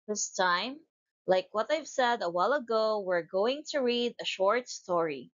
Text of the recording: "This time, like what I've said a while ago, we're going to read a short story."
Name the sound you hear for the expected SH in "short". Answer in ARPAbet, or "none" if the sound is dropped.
SH